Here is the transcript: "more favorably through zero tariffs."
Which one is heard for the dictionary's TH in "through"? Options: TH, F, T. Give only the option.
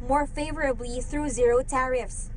TH